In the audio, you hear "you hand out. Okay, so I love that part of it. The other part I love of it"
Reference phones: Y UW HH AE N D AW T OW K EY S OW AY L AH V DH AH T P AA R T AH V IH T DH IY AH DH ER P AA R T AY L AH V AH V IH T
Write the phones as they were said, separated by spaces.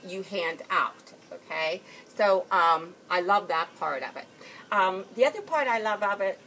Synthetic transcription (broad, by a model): Y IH HH AE N D AW T OW K EY S OW AY L AH V DH AH T P AA R T AH V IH T DH IY AH DH ER P AA R T AY L AH V AH V IH T